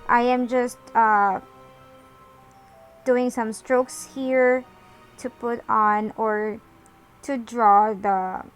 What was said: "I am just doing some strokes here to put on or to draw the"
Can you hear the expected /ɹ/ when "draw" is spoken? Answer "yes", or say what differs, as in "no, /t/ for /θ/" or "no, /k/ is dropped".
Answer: yes